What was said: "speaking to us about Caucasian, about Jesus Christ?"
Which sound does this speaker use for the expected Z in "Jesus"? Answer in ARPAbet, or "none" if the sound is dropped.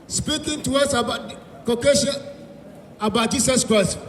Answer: S